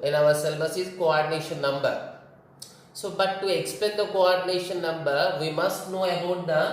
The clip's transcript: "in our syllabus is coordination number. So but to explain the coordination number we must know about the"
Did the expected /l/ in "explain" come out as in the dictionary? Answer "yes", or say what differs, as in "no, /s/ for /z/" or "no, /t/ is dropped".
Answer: no, /l/ is dropped